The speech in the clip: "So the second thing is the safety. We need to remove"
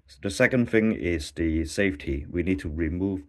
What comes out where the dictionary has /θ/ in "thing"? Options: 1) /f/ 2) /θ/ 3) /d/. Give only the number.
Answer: 2